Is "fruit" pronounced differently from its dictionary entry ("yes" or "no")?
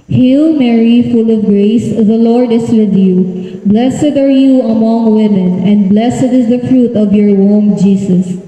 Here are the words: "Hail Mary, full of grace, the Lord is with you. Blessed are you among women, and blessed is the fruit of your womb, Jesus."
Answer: no